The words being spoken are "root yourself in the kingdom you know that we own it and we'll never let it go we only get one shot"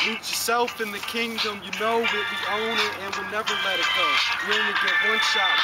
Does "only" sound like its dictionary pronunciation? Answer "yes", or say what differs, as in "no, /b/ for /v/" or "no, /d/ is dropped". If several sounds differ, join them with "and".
no, /l/ is dropped